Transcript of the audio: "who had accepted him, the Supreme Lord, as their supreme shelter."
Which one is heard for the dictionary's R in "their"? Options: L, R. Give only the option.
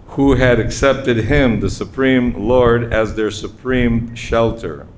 R